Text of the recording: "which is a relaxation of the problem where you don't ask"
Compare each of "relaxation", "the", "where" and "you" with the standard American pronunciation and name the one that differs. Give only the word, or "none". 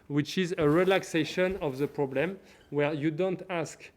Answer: none